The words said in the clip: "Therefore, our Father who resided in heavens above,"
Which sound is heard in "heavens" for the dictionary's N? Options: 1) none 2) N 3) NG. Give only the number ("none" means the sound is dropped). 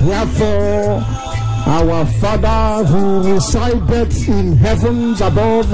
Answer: 2